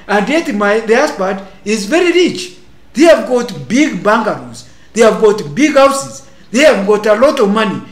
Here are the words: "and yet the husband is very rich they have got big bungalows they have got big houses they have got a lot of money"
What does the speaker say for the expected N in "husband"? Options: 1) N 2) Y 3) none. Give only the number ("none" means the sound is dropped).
3